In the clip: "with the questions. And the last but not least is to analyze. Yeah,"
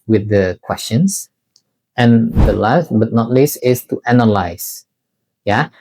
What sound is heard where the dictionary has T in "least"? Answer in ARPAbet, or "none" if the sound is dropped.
none